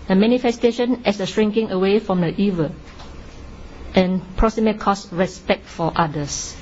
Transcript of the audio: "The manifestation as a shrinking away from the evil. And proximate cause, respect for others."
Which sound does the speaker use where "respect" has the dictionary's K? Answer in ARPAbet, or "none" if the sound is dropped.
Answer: K